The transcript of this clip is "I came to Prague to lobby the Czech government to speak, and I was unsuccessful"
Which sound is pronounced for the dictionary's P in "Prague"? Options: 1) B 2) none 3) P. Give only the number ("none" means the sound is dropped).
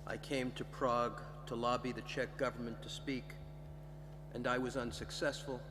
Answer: 3